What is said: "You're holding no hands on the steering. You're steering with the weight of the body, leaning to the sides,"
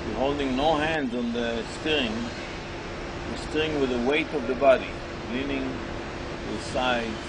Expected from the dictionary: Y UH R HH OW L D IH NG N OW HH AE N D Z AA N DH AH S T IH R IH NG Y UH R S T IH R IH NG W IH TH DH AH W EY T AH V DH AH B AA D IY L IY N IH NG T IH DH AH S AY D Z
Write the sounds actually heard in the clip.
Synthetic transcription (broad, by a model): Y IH HH OW L D IH NG N OW HH AE N D Z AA N DH AH S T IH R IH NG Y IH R S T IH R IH NG W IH DH AH W EY T AH V DH AH B AA D IY L IY N IH NG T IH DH S AY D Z